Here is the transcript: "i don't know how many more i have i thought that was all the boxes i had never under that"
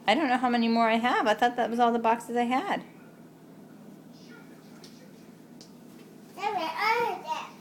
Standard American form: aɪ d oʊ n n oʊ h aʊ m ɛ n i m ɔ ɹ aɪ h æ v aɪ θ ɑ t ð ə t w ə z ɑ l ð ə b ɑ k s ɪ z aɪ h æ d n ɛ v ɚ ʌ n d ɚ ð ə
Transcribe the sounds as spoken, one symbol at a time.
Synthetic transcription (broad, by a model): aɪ d oʊ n n oʊ h aʊ m ɛ n i m ɔ ɹ aɪ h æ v aɪ t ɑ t ð ə t w ə z ɑ l ð ə b ɑ k s ɪ z aɪ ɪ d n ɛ ɚ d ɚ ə